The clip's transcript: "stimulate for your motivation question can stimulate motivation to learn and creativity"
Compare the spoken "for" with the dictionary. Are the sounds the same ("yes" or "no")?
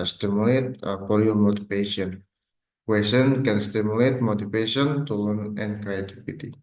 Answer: no